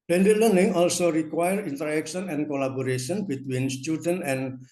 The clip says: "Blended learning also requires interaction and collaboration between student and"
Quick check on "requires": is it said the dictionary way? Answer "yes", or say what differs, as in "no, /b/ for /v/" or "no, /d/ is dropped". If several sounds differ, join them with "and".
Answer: no, /z/ is dropped